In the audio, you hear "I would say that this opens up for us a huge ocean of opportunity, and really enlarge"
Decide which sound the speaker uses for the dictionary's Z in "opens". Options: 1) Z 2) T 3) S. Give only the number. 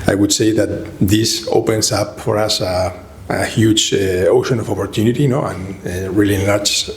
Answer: 3